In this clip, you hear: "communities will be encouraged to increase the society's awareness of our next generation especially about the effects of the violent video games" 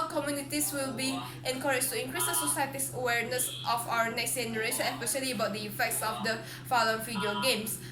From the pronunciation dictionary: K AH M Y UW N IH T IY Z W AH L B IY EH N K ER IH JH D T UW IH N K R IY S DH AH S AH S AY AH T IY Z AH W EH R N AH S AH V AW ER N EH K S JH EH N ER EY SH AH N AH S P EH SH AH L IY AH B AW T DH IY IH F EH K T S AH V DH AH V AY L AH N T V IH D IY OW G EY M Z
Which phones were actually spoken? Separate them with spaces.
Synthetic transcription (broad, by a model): K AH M Y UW N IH T IY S W AH L B IY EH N K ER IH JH T UW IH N K R IY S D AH S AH S AY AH T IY S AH W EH R N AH S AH F AW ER N EH K S JH EH N ER EY SH AH N AH S P EH SH AH L IY AH B AW T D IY IH F EH K T S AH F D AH F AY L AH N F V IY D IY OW G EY M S